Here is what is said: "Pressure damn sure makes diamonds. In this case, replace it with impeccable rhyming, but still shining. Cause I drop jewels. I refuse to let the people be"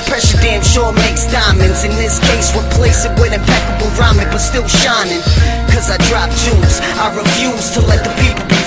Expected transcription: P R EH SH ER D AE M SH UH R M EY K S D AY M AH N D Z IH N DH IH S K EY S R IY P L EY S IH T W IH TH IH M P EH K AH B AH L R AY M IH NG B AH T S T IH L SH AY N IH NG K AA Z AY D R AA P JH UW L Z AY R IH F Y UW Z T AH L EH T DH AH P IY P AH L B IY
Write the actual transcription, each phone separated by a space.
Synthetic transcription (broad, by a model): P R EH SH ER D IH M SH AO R M EY K S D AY M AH N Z IH N DH IH S K EY S W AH P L EY S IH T W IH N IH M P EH K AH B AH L R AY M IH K B AH T S T IH L SH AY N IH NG K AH Z AY D R AA P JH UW Z AY R IH F Y UW Z T AH L EH T DH AH P IY P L